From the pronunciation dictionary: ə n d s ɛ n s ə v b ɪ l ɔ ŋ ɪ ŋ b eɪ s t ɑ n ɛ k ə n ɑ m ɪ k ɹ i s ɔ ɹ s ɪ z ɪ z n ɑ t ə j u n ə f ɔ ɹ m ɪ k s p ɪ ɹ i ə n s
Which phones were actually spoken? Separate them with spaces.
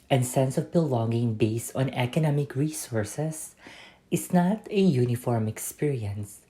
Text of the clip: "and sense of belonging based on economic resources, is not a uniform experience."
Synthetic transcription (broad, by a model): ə n s ɛ n s ə v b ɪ l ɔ ŋ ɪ ŋ b eɪ s t ɑ n ɛ k ə n ɑ m ɪ k ɹ i s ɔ ɹ s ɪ s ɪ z n ɑ t ə j u n ə f ɔ ɹ m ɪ k s p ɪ ɹ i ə n s